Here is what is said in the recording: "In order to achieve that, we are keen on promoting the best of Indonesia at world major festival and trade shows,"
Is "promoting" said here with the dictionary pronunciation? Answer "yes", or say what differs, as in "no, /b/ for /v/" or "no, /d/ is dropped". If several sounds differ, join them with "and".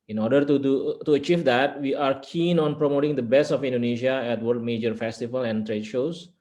yes